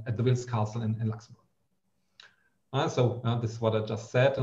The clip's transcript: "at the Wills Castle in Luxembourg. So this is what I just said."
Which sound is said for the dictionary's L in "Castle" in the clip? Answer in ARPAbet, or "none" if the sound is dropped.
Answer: N